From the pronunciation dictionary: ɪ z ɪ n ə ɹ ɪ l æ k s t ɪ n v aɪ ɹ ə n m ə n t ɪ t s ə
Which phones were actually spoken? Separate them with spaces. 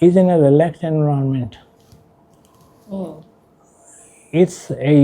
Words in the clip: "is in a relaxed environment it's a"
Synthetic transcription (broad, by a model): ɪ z ɪ n ə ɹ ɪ l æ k t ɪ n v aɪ ə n m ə n t ɪ t s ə